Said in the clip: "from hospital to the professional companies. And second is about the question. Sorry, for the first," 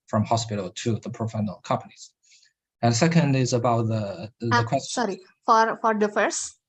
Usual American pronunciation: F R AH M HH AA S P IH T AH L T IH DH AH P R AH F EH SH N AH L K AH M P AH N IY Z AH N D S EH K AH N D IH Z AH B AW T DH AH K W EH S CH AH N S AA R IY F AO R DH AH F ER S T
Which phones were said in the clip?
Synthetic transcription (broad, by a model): F R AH M HH AA S P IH T L T IH DH AH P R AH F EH N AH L K AH M P AH N IY Z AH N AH S EH K AH N D IH Z AH B AW T DH AH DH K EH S S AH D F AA R F AO R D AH F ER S